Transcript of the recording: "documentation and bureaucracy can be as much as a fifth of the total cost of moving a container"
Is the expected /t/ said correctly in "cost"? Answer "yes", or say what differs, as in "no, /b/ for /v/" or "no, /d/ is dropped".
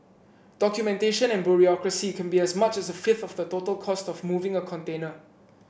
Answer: yes